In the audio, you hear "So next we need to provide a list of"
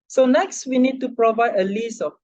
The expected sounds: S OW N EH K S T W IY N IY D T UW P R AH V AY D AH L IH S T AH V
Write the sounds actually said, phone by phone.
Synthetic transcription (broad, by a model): S OW N EH K S T W IY N IY D T UW P R AH V AY D AH L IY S AH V